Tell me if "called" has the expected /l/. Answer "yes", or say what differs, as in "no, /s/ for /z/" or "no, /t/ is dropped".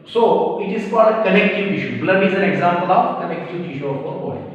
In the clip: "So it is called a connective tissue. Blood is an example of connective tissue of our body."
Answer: no, /l/ is dropped